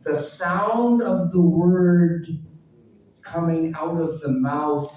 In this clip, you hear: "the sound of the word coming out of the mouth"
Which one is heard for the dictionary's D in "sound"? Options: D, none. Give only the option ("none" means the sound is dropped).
D